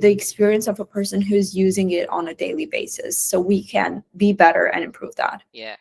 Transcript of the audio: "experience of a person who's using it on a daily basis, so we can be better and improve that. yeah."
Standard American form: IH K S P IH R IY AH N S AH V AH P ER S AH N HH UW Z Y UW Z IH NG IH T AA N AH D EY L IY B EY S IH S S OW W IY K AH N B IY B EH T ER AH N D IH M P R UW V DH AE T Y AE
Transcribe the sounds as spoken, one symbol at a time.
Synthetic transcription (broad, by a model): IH K S P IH R IY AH N S AH V AH P ER S AH N HH UW Z Y UW Z IH NG IH T N AH D EY L IY B EY S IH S S OW W IY K AH N B IY B EH T ER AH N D IH M P R UW V DH AE T Y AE